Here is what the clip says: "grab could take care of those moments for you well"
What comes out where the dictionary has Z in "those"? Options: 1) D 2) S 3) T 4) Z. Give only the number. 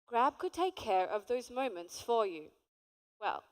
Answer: 4